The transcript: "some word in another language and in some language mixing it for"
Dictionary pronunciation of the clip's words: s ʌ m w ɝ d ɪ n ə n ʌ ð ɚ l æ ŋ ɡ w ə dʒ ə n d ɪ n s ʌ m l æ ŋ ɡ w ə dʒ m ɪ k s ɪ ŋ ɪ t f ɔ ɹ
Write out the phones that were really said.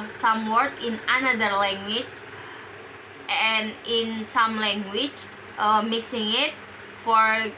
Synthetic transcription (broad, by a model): s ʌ m w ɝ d ɪ n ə n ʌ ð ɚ l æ ŋ ɡ w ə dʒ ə n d ɪ n s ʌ m l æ ŋ ɡ w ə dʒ m ɪ k s ɪ ŋ ɪ t f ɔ ɹ